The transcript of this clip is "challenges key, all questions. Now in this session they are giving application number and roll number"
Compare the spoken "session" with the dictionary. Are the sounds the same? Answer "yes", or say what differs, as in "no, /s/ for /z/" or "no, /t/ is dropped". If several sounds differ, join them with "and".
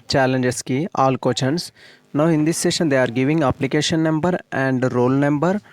yes